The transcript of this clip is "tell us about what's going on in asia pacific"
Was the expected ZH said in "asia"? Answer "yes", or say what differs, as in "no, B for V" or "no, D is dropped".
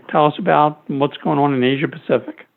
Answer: yes